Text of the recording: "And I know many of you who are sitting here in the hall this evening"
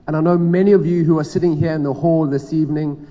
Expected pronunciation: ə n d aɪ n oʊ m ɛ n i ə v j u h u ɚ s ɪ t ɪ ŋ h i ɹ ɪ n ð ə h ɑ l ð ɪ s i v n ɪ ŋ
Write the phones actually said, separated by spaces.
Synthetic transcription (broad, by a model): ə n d aɪ n oʊ m ɛ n i ə v j u h u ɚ s ɪ t ɪ ŋ h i ɹ ɪ n ð ə h ɑ l ð ɪ s i v n ɪ ŋ